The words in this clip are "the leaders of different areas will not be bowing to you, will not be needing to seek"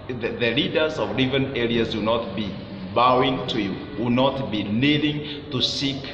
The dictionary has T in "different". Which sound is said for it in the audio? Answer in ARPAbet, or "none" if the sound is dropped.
none